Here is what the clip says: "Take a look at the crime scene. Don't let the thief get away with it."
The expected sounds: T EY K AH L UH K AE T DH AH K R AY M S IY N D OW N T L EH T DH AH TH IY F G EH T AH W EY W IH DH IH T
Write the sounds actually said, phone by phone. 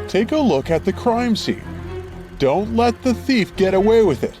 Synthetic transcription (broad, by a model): T EY K AH L UH K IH T DH AH K R AY M S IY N D OW N T L EH T DH AH TH IY F G EH T AH W EY W IH DH IH T